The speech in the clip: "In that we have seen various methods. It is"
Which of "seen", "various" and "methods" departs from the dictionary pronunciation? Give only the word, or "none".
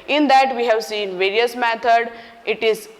methods